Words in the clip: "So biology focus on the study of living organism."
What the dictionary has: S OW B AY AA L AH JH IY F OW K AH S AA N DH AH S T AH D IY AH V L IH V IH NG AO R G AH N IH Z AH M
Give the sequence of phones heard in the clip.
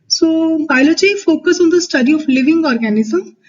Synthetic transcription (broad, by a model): S OW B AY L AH CH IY F OW K AH S AA N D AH S T AH D IY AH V L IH V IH NG AO R G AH N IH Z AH M